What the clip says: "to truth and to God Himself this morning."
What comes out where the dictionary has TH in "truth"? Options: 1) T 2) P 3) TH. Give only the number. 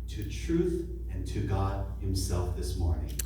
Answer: 3